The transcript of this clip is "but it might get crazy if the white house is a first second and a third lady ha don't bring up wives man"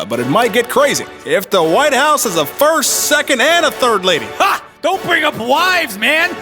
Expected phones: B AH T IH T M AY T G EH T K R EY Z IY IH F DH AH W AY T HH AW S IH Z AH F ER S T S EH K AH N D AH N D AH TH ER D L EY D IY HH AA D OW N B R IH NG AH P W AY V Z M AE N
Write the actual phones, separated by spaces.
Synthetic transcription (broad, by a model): B AH T IH T M AY T G EH T K R EY Z IY IH F DH AH W AY T HH AW S IH Z AH F ER S T S EH K AH N D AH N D AH TH ER D L EY D IY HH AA D OW N B R IH NG AH P W AY V Z M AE N